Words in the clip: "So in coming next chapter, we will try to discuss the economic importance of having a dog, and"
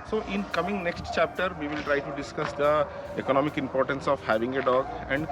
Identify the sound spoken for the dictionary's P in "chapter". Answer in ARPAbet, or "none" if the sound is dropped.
P